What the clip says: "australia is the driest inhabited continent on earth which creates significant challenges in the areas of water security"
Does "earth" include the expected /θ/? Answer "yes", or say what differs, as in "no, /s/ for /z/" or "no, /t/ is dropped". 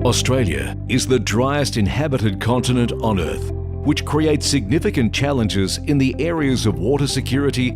yes